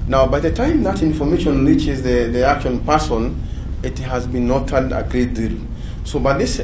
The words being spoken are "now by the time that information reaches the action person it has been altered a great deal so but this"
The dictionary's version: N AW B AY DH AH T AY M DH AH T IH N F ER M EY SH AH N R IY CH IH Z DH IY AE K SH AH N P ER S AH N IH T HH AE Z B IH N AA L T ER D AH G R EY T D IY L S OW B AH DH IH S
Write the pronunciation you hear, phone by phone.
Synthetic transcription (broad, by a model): N AW B AY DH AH T AY M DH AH T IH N F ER M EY SH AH N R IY CH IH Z DH IY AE K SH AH N P ER S AH N IH T HH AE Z B IH N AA T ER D AH G R EY T D IY L S OW B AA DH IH S